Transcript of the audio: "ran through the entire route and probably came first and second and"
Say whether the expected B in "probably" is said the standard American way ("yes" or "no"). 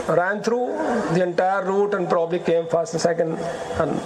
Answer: yes